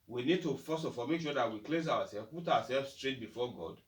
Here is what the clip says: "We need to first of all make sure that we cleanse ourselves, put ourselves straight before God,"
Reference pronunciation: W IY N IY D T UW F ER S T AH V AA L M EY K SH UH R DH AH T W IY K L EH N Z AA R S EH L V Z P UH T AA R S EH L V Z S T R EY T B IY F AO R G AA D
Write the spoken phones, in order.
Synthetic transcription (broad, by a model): W IY N IY D T UW F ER S AH F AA M EY K SH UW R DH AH T W IY K L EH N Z AA W S EH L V P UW T AA W S EH L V S T R EY T B IY F AO G AA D